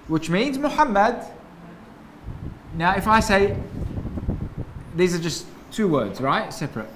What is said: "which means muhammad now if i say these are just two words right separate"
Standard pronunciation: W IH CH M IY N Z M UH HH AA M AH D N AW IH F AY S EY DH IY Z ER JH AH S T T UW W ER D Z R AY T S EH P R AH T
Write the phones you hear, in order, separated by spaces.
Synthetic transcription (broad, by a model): W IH CH M IY N Z M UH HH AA M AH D N AW IH F AY S EY DH IY Z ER JH AH S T T UW W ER D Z R AY T S EH P R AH T